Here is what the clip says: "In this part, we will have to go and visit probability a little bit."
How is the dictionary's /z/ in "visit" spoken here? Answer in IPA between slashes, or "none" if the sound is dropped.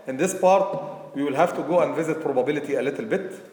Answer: /z/